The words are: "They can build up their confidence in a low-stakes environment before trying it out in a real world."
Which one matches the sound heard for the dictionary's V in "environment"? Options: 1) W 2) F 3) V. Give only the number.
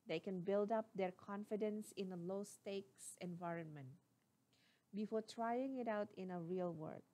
3